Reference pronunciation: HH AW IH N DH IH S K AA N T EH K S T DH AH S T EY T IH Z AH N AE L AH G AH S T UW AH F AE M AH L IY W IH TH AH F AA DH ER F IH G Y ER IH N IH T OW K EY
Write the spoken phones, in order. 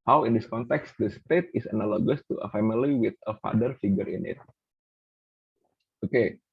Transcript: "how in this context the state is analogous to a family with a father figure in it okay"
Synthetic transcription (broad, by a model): HH AW IH N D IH S K AA N T EH K S T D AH S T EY T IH S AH N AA L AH G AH S T UW AH F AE M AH L IY W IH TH AH F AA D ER F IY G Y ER IH N IH T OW K EY